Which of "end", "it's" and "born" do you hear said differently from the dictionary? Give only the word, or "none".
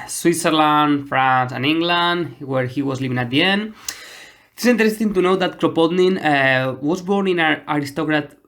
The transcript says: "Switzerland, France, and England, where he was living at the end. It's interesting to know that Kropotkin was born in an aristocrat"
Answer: none